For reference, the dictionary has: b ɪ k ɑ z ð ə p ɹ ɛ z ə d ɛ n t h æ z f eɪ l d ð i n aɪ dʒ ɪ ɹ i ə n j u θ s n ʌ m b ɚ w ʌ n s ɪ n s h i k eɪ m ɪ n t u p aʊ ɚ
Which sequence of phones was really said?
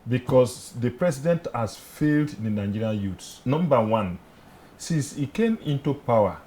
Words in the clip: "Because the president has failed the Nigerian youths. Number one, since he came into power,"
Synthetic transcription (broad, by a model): b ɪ k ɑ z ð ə p ɹ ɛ s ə d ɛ n t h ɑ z f eɪ l d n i n aɪ dʒ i ɹ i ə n j u t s n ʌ m b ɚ w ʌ n s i n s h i k eɪ m ɪ n t u p aʊ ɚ